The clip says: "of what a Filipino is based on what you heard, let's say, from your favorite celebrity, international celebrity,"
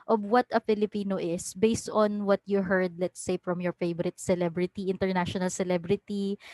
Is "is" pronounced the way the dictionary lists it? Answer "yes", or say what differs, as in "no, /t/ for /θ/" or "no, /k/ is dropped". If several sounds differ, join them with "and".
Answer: no, /s/ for /z/